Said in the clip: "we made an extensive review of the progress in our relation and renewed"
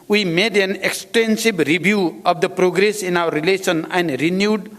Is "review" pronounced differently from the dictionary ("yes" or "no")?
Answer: yes